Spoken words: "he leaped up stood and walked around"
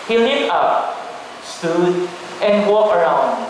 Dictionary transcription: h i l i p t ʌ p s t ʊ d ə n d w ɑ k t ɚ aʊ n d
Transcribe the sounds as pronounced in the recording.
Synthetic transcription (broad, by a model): h i l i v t ʌ p s t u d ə n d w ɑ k ɚ aʊ n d